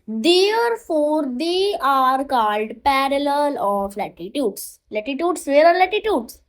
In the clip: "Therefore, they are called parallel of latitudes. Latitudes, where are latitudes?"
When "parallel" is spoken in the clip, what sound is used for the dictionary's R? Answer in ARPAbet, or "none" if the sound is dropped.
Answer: R